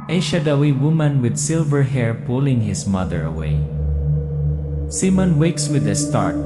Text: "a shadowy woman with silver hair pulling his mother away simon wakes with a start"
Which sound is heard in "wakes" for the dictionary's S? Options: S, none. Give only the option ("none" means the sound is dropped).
S